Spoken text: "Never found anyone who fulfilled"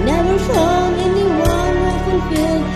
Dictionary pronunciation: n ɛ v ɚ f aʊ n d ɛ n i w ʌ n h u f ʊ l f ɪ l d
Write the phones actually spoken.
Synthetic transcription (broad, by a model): n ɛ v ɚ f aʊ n ɛ n i w ʌ n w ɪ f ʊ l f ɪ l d